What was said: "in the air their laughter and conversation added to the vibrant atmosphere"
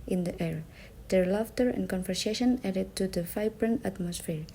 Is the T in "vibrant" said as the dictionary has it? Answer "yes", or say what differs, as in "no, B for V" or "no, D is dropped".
no, T is dropped